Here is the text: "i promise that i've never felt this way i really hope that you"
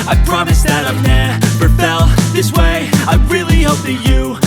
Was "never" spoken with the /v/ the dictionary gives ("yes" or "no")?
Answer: no